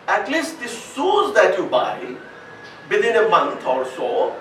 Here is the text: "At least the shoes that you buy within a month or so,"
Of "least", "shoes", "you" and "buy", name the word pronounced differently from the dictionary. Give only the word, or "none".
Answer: shoes